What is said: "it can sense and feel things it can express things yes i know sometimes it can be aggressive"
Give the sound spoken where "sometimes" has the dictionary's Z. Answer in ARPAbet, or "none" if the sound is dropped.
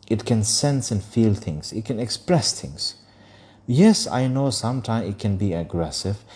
none